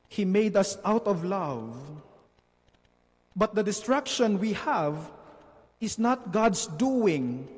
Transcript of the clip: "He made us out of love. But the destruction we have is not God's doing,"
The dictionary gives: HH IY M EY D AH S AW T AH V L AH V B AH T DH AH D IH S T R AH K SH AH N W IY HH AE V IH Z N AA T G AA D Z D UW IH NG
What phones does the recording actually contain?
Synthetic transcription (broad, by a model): HH IY M EY D AH S AW T AH V L AH V B AH T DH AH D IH S T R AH K SH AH N W IY HH AE V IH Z N AA T G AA D S D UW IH NG